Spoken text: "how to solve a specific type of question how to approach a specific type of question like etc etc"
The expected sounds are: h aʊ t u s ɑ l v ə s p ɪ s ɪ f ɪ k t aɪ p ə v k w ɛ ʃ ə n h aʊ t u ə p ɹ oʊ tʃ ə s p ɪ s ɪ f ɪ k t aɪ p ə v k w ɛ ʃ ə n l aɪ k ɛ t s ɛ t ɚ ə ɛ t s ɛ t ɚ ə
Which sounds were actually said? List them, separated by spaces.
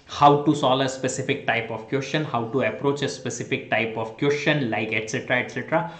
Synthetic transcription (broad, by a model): h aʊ t u s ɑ l ə s p ɪ s ɪ f ɪ k t aɪ p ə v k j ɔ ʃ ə n h aʊ t u ə p ɹ oʊ tʃ ə s p ɪ s ɪ f ɪ k t aɪ p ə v k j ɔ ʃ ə n l aɪ k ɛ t s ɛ t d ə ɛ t s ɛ t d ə